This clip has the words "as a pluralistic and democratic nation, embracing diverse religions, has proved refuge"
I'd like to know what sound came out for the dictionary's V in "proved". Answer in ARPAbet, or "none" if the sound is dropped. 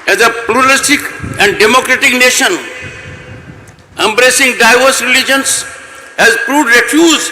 none